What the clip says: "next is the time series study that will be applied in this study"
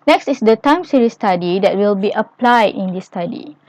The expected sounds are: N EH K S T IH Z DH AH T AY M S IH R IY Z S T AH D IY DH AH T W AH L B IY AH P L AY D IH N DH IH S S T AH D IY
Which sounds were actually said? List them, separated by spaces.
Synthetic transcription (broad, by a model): N EH K S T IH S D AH T AY M S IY R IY S T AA D IY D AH T W AH L B IY AH P L AY D IH N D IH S S T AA D IY